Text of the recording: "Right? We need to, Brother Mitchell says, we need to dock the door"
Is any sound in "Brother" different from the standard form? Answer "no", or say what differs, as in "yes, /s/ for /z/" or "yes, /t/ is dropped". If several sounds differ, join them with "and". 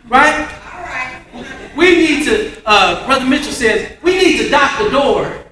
no